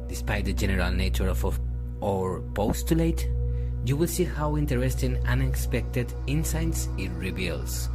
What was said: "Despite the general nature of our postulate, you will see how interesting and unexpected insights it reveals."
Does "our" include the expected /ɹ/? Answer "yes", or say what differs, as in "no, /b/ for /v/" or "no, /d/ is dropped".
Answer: yes